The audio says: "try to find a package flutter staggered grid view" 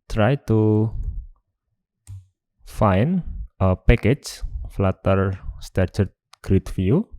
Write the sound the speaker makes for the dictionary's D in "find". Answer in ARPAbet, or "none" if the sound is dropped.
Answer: none